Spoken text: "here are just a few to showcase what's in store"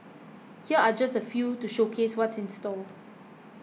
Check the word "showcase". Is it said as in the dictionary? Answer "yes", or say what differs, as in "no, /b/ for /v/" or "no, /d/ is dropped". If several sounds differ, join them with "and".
yes